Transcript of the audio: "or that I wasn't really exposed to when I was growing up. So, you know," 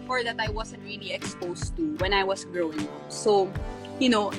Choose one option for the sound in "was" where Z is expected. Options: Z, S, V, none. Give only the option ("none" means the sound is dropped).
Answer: S